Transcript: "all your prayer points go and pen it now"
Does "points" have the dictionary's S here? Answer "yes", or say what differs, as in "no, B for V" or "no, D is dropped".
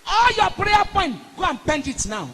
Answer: no, S is dropped